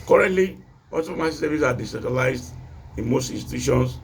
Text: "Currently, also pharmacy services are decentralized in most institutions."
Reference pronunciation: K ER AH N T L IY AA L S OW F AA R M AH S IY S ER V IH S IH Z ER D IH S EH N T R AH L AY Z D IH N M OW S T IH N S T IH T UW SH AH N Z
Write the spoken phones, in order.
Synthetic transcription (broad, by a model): K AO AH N T L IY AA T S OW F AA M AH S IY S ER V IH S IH D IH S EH T AH L AY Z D IH N M OW S T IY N S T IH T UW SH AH N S